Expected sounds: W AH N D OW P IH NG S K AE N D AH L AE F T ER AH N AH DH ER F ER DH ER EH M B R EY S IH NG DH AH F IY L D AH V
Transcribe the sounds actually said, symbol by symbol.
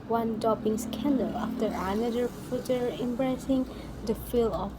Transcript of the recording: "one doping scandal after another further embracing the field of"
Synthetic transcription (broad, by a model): W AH N D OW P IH NG S K AE N D AH L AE F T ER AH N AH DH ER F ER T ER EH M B R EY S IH NG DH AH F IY L AH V